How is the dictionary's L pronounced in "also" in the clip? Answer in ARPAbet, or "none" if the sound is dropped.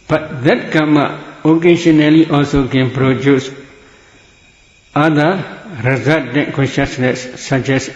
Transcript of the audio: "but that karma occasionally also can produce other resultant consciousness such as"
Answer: L